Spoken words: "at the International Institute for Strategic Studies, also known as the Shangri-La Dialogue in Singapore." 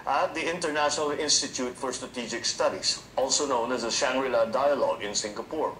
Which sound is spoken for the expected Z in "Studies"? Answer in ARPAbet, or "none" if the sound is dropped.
S